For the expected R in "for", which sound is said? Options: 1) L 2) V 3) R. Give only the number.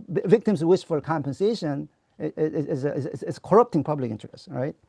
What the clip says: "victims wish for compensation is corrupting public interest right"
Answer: 1